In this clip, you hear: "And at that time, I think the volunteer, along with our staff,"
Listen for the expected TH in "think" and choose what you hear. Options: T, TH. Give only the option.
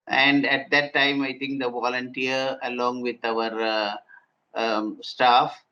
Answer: T